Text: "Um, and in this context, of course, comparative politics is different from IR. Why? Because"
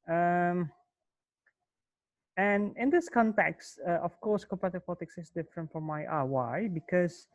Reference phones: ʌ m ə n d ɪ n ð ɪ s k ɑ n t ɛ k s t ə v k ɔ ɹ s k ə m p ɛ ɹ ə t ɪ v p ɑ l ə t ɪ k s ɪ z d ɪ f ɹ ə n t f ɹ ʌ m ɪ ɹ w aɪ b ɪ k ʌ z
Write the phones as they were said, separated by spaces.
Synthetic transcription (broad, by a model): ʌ m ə n ɪ n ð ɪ s k ɑ n t ɛ k s t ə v k ɔ ɹ s k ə p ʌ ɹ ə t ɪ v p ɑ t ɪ k s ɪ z d ɪ f ɹ ə n t f ɹ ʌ m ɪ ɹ w aɪ b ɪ k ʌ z